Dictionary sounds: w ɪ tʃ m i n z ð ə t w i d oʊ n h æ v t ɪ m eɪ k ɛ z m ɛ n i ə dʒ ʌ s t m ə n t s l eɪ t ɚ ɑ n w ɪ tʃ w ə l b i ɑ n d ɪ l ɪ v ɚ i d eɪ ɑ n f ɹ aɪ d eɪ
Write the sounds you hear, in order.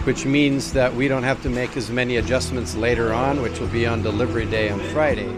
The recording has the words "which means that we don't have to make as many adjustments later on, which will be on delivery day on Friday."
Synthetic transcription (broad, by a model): w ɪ tʃ m i n z ð ə t w i d oʊ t h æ f t ɪ m eɪ k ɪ z m ɛ n i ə dʒ ʌ s m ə n t s l eɪ t ɚ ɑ n w ɪ tʃ w ə l b i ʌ n d ɪ l ɪ v ɚ i d eɪ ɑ n f ɹ aɪ d eɪ